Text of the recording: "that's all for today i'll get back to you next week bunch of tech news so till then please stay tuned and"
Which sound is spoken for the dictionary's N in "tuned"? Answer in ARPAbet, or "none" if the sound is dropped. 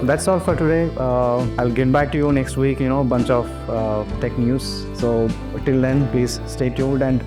none